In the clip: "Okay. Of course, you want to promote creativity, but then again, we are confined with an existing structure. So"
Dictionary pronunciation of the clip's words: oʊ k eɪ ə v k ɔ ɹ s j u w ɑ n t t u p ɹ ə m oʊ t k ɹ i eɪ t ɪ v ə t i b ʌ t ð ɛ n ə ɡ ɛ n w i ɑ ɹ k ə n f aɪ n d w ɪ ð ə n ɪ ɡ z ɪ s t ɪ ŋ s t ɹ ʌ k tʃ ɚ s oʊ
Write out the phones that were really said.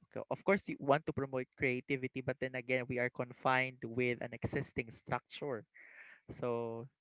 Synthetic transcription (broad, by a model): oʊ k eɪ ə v k ɔ ɹ s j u w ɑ n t t u p ɹ ə m oʊ t k ɹ i eɪ t ɪ v ə t i b ʌ t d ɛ n ə ɡ ɛ n w i ɑ ɹ k ə n f aɪ n d w ɪ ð ə n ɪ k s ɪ s t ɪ ŋ s t ɹ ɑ k tʃ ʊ s oʊ